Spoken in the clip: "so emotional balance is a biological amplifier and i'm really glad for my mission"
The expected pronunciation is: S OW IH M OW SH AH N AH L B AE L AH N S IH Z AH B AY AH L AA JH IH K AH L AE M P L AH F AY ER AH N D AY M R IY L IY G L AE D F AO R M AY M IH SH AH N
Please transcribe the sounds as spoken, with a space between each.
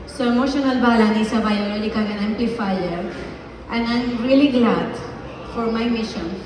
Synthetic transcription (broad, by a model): S OW IH M OW SH AH N AH L B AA L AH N IH S AH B AY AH L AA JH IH K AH N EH M P L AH F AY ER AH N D AY M R IY L IY G L AE D F AO R M AY M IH SH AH N